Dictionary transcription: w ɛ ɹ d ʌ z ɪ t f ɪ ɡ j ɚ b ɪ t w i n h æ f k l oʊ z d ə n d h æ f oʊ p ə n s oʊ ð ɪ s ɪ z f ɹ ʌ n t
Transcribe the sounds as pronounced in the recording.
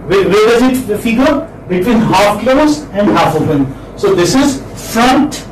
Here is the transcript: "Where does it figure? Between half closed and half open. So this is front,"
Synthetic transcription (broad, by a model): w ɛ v d ʌ z ɪ t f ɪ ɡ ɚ b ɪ t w i n h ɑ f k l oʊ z ə n d h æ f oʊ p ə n s oʊ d ɪ s ɪ z f ɹ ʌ n t